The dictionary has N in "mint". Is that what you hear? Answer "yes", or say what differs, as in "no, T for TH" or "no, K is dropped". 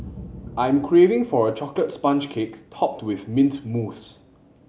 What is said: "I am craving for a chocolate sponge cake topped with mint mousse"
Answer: yes